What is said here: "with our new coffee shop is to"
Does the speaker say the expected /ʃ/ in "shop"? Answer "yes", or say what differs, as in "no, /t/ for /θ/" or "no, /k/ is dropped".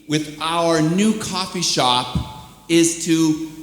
yes